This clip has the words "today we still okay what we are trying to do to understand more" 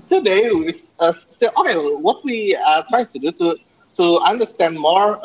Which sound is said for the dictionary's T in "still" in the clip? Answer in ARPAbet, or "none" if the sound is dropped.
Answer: S